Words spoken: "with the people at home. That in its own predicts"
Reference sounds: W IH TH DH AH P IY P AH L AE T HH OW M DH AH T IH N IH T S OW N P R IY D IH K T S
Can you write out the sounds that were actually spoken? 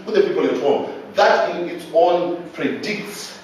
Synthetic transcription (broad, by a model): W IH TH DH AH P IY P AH N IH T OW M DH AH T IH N IH T S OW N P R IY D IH K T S